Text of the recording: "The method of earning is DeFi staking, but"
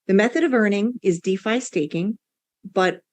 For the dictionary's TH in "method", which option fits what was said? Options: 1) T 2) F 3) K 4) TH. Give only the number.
4